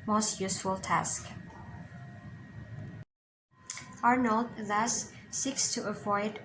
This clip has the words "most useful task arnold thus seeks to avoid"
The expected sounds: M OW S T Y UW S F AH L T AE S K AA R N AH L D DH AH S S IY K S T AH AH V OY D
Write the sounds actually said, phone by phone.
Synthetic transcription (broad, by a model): M OW S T Y UW S F AH L T AE S K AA R N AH L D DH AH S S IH K S T AH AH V OY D